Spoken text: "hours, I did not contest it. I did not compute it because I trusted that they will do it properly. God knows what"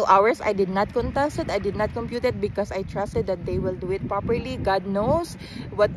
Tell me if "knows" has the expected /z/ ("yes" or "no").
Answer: no